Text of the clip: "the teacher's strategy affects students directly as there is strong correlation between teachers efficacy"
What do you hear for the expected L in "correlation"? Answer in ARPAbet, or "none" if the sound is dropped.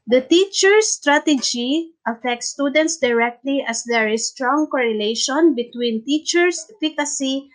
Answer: L